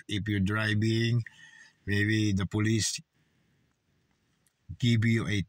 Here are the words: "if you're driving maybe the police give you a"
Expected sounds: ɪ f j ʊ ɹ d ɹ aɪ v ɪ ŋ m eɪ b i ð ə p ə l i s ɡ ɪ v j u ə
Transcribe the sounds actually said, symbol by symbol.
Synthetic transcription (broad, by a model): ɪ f j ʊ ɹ d ɹ aɪ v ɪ ŋ m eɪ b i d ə p ə l i s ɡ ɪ b j u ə